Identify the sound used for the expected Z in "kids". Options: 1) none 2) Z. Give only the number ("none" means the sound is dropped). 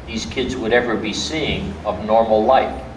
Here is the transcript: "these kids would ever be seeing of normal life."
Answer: 2